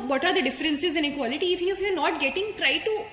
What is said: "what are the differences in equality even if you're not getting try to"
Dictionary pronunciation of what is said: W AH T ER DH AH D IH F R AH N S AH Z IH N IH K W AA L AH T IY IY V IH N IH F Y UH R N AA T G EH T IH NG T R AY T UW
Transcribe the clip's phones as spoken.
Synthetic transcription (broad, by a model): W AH T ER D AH D IH F R AH N S AH Z IH N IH K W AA L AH T IY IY F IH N IH F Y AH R N AA T G EH T IH NG T R AY T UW